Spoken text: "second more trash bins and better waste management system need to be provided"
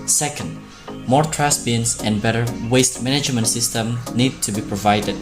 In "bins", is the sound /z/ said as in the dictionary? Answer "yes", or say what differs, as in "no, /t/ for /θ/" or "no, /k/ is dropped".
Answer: no, /s/ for /z/